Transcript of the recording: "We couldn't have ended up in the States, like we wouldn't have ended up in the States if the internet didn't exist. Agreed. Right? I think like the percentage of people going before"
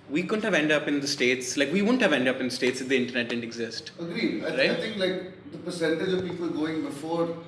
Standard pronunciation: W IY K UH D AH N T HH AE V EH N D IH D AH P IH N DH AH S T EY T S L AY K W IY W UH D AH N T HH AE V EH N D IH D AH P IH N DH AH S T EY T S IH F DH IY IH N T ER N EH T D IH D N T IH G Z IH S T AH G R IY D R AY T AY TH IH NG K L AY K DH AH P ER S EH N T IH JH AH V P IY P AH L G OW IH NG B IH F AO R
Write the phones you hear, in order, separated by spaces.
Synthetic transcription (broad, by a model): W IY K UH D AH N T HH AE V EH N D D AH P IH N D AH S T EY T S L AY K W IY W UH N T HH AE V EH N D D AH P IH N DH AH S T EY T S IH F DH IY IH N T ER N EH T D IH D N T IH G Z IH S T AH G R IY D R AY AY T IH NG K L AY K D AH P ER S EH N T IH JH AH V P IY P AH L G OW IH NG B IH F AO R